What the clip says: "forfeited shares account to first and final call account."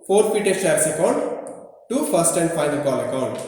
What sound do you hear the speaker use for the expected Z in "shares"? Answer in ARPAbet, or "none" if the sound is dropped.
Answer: S